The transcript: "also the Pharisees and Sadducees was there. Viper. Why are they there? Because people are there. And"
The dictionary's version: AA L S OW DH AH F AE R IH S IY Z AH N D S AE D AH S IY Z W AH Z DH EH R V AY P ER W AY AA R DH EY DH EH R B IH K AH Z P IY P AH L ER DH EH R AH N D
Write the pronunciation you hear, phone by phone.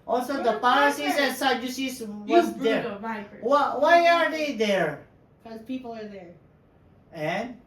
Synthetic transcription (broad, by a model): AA L S OW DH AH P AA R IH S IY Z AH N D S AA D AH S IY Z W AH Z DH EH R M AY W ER W AY AA R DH EY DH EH R K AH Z P IY P L ER DH EH R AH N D